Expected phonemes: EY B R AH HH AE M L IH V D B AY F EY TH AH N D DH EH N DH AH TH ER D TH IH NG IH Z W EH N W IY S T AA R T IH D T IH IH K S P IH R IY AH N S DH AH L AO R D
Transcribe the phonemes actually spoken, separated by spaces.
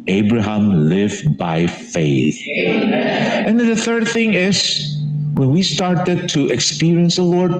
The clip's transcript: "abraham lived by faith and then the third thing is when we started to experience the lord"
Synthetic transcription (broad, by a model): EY B R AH HH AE M L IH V B AY F EY TH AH N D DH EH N DH AH TH ER D TH IH NG IH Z W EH N W IY S T AA R T IH D T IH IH K S P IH R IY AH N S DH AH L AO R D